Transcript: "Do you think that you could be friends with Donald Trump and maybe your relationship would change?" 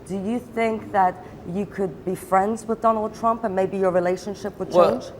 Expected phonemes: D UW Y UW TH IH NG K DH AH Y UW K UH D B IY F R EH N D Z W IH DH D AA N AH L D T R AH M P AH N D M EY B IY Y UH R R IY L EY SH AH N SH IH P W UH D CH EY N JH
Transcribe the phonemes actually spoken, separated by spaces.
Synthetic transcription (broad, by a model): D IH Y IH TH IH NG K DH AH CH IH K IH D B IY F R EH N D Z W IH DH D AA N L D T R AH M P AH N M EY B IY Y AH R R IY L EY SH AH N SH IH P W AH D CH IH N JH